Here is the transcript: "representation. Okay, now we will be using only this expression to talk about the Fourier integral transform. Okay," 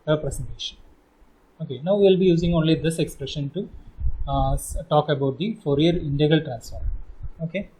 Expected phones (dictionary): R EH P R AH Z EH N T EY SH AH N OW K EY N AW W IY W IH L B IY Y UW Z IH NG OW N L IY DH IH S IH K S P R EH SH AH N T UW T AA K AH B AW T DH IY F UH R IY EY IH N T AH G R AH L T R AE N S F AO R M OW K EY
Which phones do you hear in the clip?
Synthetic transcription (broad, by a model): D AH P R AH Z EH N T EY SH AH N OW K EY N AW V IY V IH L B IY Y UW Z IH NG OW N L IY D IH S IH K S P R EH SH AH N T UW T AA K AH B AW T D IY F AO R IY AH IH N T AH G AH L T R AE N S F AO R OW K EY